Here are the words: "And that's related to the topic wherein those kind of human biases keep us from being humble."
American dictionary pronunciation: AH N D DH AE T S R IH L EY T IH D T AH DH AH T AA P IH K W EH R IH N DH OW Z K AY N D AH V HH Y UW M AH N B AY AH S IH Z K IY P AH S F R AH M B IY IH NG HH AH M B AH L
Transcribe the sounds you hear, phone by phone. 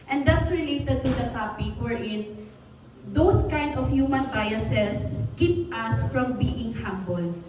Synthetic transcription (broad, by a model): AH N D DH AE T S R IH L EY T IH D T AH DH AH T AA P IH K W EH R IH N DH OW S K AY N D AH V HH Y UW M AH N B AY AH S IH S K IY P AH S F R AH M B IY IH NG HH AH M B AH L